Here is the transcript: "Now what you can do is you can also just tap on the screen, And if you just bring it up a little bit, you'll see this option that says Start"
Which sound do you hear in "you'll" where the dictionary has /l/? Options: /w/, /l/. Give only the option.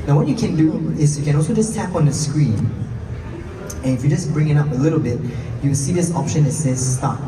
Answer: /w/